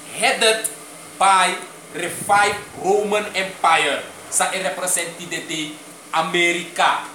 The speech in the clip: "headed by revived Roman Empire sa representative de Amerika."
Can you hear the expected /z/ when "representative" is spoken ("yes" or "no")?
no